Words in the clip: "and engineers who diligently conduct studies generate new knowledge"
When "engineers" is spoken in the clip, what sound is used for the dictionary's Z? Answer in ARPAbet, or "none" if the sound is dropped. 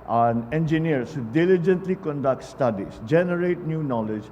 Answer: S